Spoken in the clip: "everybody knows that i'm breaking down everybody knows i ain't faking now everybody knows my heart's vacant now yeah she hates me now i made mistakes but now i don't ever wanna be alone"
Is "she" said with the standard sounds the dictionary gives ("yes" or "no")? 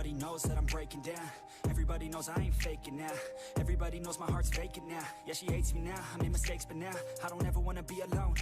yes